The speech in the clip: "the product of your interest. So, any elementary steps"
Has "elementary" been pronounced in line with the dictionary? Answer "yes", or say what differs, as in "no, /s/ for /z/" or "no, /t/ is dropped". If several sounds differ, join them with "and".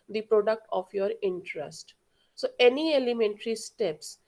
yes